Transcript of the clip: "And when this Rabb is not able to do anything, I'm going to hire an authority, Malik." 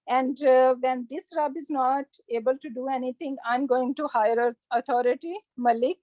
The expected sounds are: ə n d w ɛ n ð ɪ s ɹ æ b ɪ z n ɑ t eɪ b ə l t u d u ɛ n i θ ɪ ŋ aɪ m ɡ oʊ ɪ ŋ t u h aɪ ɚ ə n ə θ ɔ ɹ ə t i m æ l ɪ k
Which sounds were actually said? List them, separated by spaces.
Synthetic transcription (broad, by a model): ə n d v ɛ n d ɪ s ɹ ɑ b ɪ z n ɑ t eɪ b ə l t u d u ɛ n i t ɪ ŋ aɪ m ɡ oʊ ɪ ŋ t u h aɪ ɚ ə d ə t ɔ ɹ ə t i m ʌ l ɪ k